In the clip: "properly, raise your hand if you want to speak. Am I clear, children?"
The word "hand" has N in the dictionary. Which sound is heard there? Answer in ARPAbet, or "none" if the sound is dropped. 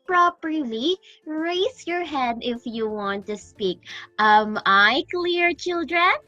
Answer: none